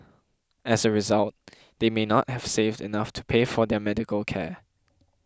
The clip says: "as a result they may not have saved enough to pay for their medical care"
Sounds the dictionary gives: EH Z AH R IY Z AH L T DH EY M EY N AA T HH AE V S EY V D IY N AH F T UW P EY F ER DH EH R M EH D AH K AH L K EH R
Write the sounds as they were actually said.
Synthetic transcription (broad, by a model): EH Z AH R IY Z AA L T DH EY M EY N AA T HH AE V S EY V D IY N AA F T UW P EY F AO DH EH M EH D AH K AH L K EH